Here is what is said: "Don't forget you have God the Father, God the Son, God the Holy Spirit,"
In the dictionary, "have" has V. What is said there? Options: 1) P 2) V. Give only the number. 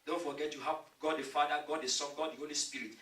1